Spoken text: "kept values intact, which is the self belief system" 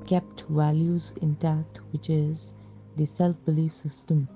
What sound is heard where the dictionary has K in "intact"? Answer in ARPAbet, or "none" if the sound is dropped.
none